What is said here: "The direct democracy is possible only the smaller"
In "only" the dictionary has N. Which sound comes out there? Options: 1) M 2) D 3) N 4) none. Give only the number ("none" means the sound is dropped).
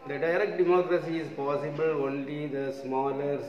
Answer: 3